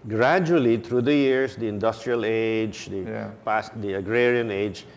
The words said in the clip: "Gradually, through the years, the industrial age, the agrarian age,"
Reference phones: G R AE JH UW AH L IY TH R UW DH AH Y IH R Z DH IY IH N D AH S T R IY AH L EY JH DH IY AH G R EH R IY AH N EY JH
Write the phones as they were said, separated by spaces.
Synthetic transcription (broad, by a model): G R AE JH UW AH L IY T R UW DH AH Y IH R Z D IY IH N D AH S T R IY AH L EY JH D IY AH G R EH R IY AH N EY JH